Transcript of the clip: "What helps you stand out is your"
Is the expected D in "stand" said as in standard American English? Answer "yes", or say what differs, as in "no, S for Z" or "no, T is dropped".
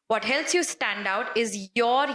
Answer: yes